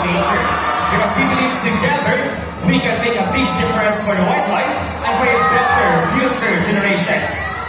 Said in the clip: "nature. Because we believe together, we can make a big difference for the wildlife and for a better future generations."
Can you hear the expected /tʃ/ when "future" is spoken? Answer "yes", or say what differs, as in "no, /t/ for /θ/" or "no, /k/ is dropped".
no, /s/ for /tʃ/